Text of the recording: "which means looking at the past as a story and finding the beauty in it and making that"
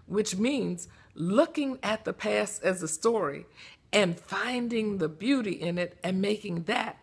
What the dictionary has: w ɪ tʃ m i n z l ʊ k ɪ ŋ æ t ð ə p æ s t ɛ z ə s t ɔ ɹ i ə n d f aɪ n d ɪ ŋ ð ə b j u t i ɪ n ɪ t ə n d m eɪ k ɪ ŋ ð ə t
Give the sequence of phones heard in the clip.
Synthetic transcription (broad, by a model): w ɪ tʃ m i n z l ʊ k ɪ ŋ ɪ t ð ə p æ s ɪ z ə s t ɔ ɹ i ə n f aɪ n d ɪ ŋ ð ə b j u t i ɪ n ɪ t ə n m eɪ k ɪ ŋ ð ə t